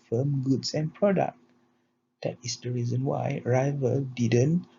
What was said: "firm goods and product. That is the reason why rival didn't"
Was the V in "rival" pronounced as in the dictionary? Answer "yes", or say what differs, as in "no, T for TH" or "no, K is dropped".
yes